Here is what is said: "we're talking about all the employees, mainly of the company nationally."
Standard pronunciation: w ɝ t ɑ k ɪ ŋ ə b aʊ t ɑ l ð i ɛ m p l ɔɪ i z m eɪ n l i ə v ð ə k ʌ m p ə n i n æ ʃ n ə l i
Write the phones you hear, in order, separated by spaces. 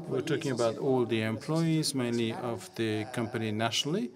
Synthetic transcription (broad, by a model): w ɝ t ɑ k ɪ ŋ ə b aʊ t ɑ l ð i ɛ m p l ɔɪ i z m eɪ n l i ə v ð ə k ʌ m p ə n i n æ ʃ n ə l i